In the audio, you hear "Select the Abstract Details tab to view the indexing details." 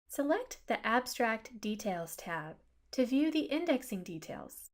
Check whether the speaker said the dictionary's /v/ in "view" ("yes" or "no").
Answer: yes